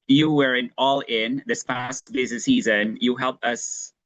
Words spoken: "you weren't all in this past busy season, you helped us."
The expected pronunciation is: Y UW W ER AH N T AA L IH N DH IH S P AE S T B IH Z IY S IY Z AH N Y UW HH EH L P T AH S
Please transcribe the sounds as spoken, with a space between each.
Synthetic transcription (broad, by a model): Y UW W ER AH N AA L IH N DH IH S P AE S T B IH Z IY S IY Z AH N Y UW HH EH L P T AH S